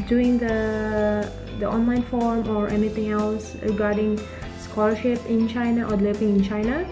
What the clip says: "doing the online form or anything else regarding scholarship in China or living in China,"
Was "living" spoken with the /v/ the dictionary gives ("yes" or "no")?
no